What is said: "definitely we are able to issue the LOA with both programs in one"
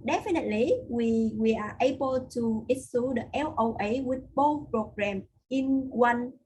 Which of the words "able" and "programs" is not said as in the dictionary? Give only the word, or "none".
programs